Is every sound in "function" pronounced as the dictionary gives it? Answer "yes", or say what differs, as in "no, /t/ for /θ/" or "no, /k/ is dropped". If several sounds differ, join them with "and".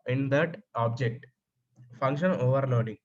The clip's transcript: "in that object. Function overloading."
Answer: yes